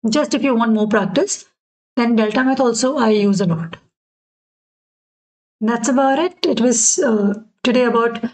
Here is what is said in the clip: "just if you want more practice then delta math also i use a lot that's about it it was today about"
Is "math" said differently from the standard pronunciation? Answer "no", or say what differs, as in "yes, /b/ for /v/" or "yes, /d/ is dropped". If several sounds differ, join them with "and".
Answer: yes, /t/ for /θ/